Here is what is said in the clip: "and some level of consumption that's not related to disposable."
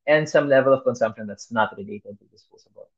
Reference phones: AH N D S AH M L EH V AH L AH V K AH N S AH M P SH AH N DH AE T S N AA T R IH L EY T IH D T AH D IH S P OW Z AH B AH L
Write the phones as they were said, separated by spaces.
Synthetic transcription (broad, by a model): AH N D S AH M L EH V AH L AH V K AH N S AH M P SH AH N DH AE T S N AA T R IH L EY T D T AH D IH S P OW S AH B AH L